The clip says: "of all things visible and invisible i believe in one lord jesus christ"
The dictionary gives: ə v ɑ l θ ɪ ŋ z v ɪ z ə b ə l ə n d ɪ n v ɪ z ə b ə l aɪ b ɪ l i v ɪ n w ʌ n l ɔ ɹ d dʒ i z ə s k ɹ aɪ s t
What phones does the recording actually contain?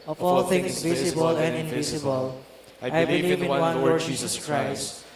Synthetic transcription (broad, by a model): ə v ɑ l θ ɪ ŋ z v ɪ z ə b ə l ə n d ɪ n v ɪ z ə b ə l aɪ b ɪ l i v ɪ n w ʌ n w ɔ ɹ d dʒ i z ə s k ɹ aɪ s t